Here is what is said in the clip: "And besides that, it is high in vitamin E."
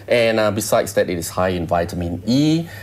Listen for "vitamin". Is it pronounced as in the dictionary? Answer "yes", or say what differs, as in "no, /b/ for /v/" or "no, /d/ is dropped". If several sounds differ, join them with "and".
yes